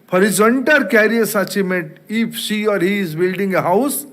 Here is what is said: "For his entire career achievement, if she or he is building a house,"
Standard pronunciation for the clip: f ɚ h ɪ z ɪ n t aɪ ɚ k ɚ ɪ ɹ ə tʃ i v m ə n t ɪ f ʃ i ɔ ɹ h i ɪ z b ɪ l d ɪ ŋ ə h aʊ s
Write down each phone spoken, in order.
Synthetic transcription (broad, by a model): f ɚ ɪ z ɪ n t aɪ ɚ k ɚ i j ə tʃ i m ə t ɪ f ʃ i ɔ ɹ h i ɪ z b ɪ l d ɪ ŋ ə h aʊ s